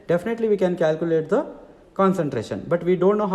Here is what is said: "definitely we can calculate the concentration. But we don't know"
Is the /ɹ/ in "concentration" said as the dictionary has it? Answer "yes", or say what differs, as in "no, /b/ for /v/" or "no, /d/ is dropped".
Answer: yes